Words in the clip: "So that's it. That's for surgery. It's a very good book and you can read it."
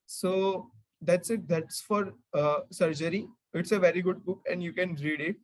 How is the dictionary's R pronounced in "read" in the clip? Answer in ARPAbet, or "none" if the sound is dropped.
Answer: R